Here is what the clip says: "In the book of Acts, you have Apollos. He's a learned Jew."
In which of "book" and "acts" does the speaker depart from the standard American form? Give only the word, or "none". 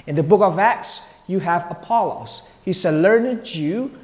none